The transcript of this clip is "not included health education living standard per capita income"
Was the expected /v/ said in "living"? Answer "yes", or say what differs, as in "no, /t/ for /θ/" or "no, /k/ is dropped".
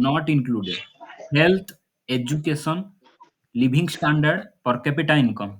no, /b/ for /v/